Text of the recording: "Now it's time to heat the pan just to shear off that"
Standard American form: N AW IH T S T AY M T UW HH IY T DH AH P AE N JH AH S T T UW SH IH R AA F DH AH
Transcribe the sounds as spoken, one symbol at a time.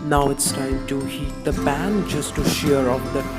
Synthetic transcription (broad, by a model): N AW IH T S T AY M T UW HH IY T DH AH B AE N JH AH S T T UW SH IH R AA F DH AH